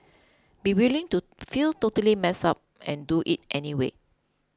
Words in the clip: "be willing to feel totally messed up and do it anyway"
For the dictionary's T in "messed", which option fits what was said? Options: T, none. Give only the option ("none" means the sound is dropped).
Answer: none